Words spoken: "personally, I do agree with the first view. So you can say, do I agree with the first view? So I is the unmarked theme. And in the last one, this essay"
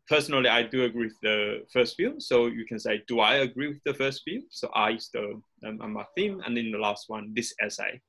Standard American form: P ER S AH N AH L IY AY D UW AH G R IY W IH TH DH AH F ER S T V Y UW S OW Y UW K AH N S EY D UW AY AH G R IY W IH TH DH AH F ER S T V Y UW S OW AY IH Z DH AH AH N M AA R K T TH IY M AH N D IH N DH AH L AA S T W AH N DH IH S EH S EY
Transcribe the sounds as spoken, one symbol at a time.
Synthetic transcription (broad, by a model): P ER S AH N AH L IY AY D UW AH G R IY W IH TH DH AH F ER S T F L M S OW Y UW K AH N S EY D UW AY AH G R IY W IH DH AH F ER S T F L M S OW AY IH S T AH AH M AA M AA TH IY M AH N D IH N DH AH L AA S T W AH N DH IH S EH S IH